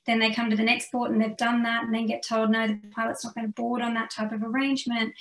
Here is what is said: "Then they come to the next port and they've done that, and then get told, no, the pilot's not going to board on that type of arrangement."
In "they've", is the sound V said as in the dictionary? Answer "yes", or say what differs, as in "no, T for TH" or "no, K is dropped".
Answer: yes